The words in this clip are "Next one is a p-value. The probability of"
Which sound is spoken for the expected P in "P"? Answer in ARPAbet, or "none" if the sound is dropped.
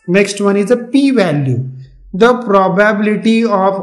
P